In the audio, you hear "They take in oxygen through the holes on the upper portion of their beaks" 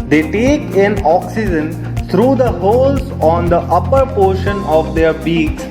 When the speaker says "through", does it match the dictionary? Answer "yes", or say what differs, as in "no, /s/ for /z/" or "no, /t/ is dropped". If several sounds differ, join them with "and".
no, /t/ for /θ/